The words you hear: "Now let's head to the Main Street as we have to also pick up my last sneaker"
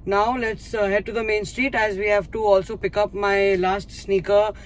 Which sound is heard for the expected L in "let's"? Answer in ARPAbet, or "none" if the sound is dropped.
L